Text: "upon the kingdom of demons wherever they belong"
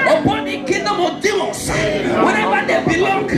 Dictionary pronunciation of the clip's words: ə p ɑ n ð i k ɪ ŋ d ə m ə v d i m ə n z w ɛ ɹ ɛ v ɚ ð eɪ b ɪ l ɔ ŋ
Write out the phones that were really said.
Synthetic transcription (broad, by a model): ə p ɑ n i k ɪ d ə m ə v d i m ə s w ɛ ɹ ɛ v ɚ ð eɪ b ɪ l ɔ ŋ